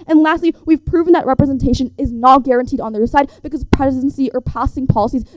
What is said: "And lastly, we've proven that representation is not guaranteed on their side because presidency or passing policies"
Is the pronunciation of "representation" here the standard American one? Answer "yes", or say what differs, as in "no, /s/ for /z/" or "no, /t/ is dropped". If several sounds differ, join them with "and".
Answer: yes